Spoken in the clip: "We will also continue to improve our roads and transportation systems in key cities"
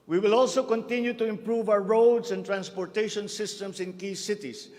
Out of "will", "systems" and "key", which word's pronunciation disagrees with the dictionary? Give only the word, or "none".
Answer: systems